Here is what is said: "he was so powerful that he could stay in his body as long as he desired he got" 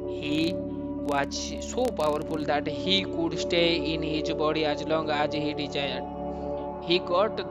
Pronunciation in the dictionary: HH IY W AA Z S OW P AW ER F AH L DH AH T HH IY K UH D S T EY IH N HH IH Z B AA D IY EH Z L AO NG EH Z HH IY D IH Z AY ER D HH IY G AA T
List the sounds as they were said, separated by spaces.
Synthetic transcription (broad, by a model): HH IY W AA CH S OW P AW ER P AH L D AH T HH IY K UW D S T EY IH N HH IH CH B AA D IY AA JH L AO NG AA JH HH IY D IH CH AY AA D HH IY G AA T